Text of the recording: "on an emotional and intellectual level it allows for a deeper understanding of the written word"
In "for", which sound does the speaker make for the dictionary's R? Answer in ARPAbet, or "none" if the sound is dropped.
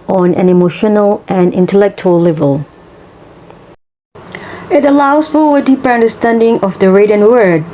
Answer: W